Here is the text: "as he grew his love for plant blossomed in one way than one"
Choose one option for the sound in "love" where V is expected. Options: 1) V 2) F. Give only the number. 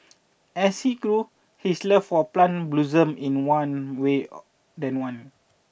2